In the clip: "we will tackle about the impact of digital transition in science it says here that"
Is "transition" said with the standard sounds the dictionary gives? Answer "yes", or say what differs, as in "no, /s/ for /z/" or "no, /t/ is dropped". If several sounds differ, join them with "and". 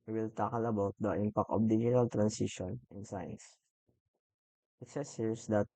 no, /s/ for /z/